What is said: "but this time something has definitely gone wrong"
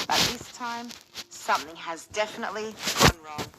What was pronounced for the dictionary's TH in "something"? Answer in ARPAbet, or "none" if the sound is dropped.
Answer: TH